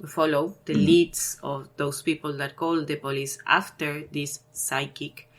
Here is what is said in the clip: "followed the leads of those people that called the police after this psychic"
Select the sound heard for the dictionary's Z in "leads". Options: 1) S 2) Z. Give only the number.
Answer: 1